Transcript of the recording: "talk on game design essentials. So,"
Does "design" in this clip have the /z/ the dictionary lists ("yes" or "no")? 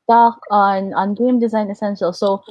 yes